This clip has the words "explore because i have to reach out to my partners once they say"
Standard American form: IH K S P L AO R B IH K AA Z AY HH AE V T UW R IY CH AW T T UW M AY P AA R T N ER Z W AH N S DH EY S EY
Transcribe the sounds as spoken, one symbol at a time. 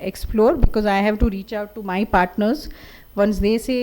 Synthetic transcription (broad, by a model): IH K S P L AO R B IH K AA Z AY HH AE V T UW R IY CH AW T T UW M AY P AA R T N ER Z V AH N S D EY S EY